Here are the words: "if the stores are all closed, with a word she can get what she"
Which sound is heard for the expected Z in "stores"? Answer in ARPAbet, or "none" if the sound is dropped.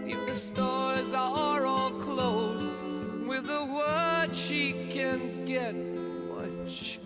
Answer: Z